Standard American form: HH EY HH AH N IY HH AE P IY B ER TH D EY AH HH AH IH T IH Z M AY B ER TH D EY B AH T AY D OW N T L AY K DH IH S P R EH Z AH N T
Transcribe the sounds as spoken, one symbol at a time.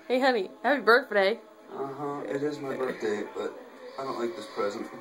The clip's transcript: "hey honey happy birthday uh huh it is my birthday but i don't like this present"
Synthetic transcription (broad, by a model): HH EY HH AH N IY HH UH B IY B ER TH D EY AH HH AH IH T IH Z M AY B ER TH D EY B AH T AY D OW N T L AY K DH IH S P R EH Z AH N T